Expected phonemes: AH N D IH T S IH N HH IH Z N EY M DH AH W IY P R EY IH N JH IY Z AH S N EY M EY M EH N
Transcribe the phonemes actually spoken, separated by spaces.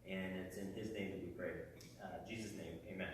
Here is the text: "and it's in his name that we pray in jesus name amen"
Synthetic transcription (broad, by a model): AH N IH T S IH N IH Z N EY M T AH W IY P R EY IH JH IY Z AH S N EY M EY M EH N